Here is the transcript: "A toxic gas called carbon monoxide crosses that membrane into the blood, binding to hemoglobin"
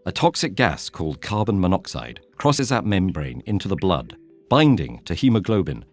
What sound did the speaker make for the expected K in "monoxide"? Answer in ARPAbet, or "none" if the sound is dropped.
K